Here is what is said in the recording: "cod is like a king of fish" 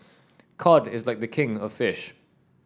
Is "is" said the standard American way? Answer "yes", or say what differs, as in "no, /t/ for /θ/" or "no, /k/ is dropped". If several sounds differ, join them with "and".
yes